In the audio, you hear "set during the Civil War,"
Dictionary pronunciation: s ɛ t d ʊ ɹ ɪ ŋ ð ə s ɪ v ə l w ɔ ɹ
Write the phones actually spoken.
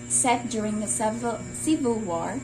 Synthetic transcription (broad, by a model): s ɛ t d ʊ ɹ ɪ ŋ ð ə s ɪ v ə l w ɔ ɹ